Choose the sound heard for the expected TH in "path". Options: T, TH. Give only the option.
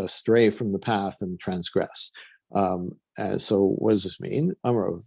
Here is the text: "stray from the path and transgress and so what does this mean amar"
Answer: TH